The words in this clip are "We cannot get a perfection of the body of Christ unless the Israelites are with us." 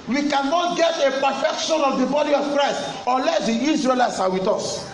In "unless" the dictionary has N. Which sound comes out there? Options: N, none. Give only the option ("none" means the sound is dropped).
none